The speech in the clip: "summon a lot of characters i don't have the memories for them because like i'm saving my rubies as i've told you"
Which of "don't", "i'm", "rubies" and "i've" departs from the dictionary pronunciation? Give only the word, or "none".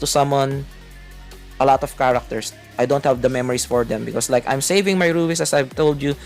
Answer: rubies